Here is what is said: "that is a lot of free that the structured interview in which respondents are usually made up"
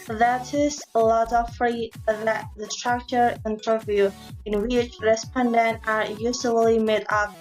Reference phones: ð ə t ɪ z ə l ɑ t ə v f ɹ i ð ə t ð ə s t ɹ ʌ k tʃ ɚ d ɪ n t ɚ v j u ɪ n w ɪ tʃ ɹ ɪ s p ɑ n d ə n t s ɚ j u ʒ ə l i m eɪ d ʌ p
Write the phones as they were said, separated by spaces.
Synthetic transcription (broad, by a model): ð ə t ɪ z ə l ɑ t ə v f ɹ i ð ə t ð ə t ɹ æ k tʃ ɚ ɪ n t ɚ v j u ɪ n w ɪ tʃ ɹ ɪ s p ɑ n d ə n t ɚ j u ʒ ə l i m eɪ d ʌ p